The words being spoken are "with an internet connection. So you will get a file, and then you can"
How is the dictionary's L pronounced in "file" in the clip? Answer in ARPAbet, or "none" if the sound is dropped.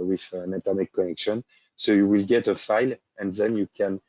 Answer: L